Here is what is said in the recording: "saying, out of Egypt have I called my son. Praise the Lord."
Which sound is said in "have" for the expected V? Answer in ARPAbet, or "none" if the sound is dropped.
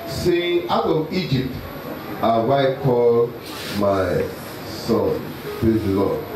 W